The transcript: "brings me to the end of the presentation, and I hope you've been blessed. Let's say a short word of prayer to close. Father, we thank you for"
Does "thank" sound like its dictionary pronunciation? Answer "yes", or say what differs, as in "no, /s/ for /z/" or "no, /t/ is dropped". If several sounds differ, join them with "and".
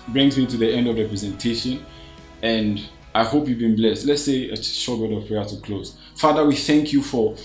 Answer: yes